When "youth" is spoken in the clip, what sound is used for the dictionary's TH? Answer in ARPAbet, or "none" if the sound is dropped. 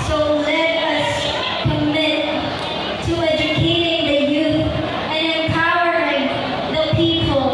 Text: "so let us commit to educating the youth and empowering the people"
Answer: TH